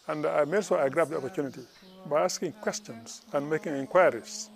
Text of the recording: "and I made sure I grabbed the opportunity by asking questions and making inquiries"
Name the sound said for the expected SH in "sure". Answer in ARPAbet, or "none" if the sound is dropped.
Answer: S